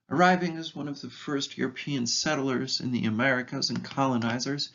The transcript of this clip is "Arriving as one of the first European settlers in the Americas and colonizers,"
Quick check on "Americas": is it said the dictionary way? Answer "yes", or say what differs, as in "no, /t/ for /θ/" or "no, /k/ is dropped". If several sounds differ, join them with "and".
yes